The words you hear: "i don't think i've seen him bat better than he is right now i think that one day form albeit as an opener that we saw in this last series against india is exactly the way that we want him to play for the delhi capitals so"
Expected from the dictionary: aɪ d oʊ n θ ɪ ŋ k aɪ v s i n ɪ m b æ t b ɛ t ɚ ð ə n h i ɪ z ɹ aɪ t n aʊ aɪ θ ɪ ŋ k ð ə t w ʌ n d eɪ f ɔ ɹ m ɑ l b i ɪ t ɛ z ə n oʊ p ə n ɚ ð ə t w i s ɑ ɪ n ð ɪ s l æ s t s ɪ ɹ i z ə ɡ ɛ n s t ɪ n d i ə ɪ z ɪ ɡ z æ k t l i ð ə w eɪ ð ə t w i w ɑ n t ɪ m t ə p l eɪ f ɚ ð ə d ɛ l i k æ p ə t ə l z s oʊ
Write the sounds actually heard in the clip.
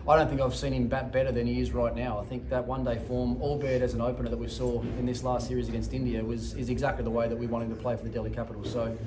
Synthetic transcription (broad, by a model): aɪ d oʊ n θ ɪ ŋ k aɪ v s i n ɪ m b æ t b ɛ t ɚ ð ə n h i ɪ z ɹ aɪ t n aʊ aɪ θ ɪ ŋ k ð ə t w ʌ n d eɪ f ɔ ɹ m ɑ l b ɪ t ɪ z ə n oʊ p ə n ɚ ð ə t w i s ɑ ɪ n ð ɪ s l æ s t s ɪ ɹ i z ə ɡ ɛ n s t ɪ n d i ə ɪ z ɪ ɡ z æ k t l i ð ə w eɪ ð ə t w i w ɑ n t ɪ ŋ t ə p l eɪ f ɚ ð ə d ɛ l i k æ p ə t l s oʊ